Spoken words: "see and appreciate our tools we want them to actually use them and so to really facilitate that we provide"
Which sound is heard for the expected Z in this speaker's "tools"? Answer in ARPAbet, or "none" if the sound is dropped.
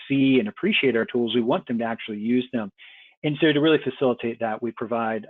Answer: Z